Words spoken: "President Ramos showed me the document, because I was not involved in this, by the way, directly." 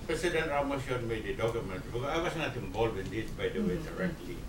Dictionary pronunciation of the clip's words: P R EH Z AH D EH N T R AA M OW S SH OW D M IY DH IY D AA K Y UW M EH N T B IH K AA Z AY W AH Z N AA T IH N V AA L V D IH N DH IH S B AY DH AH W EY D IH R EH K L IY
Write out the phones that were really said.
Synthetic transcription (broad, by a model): P R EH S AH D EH N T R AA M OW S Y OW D M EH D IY D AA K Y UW M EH N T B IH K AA AY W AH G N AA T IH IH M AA L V IH N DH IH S B AY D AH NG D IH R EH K L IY